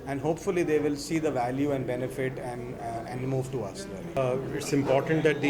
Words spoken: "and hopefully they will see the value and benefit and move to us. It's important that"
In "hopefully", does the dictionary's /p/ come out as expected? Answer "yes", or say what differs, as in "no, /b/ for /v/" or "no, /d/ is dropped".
yes